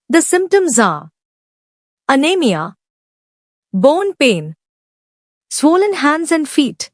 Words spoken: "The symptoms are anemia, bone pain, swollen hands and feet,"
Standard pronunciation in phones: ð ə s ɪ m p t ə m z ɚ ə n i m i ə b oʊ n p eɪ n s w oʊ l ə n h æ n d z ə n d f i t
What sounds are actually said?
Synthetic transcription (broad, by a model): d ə s ɪ m p t ə m z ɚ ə n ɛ m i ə b oʊ n p eɪ n s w oʊ l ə n h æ n d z ə n d f i t